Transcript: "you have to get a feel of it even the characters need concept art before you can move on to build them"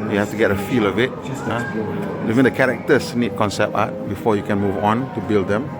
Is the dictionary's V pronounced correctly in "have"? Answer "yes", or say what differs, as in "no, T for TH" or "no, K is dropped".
no, F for V